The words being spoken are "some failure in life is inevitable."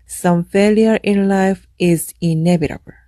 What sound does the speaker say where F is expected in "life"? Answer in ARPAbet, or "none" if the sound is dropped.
F